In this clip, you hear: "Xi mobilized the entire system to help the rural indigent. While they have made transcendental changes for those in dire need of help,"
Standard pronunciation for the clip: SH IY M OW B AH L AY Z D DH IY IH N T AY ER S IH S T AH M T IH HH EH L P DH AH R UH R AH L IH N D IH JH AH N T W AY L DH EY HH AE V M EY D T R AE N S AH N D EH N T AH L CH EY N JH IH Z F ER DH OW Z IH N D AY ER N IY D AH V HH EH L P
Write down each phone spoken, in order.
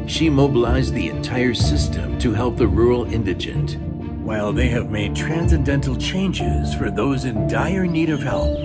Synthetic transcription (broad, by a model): SH IY M OW B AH L AY Z DH IY IH N T AY ER S IH S T AH M T IH HH EH L P DH AH R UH R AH L IH N D IH JH AH N T W AY L DH EY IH V M EY D T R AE N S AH N D EH N T L CH EY N JH IH Z F ER DH OW Z IH N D AY ER N IY D AH V HH EH L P